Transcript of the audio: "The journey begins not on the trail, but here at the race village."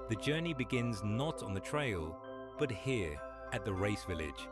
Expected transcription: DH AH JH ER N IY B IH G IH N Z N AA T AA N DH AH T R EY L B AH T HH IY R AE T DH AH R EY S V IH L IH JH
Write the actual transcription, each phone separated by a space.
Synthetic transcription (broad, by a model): DH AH JH ER N IY B IH G IH N Z N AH T N DH AH T R EY L B AH T HH IY R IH T DH AH R EY S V IH L IH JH